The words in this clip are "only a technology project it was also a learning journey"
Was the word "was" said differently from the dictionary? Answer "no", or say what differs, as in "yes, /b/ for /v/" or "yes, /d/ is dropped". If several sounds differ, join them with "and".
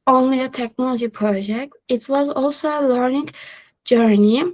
no